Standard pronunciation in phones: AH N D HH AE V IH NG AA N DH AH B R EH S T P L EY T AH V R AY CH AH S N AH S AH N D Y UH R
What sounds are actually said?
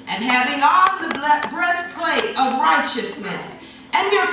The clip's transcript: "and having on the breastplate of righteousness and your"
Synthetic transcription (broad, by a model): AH N HH AE V IH NG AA L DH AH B R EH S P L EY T AH V R AY CH AH S N AH S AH N Y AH R